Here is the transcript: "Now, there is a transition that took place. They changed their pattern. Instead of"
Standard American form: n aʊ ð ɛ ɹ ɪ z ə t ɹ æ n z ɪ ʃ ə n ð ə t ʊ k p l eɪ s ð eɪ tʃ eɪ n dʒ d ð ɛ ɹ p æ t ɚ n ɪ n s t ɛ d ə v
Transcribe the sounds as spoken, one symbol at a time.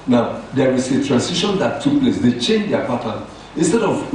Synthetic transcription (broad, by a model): n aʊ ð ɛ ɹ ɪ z ə t ɹ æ n s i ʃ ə n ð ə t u k p l eɪ s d eɪ tʃ eɪ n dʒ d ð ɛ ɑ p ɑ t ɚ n ɪ n s t ɛ d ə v